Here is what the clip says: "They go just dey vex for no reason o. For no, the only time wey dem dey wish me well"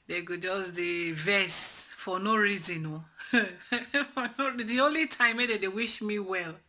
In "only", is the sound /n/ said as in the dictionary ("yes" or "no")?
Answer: yes